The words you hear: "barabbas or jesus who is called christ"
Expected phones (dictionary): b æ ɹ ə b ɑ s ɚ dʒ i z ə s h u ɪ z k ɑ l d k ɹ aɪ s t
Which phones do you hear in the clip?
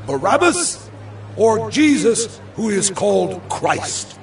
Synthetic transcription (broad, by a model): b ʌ ɹ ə b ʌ s ɚ dʒ i z ə s h u ɪ z k ɑ l d k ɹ aɪ s t